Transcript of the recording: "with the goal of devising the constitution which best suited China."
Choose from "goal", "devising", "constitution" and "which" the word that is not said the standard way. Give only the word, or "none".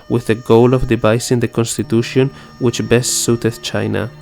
devising